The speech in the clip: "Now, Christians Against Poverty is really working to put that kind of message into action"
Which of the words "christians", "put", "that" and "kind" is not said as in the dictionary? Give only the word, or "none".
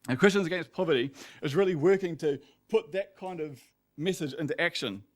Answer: none